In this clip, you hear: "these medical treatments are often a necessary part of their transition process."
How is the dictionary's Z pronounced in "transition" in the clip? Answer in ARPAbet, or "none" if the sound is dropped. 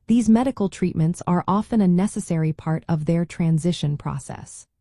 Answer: Z